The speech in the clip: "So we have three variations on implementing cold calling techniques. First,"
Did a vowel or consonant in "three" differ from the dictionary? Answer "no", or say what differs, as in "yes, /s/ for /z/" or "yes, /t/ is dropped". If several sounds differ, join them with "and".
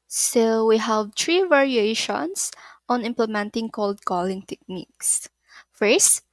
yes, /t/ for /θ/